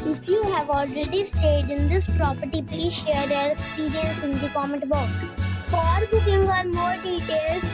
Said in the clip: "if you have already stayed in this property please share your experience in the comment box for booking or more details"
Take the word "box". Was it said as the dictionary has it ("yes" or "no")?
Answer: no